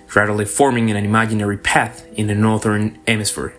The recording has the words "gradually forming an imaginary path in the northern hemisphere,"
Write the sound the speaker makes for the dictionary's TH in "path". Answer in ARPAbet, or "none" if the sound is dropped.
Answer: TH